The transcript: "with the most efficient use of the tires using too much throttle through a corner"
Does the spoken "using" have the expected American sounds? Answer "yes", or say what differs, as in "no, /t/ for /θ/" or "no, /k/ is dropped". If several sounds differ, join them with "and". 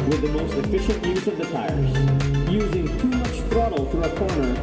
yes